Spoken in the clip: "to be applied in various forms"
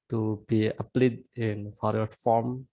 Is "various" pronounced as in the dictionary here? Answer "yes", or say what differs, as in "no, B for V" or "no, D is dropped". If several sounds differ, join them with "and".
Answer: no, F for V